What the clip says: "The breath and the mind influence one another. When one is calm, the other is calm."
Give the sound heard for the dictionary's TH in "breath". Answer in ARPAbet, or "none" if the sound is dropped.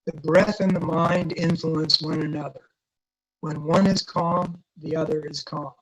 TH